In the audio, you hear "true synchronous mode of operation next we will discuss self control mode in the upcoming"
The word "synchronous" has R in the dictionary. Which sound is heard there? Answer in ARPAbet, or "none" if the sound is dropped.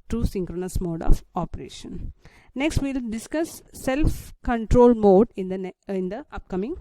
R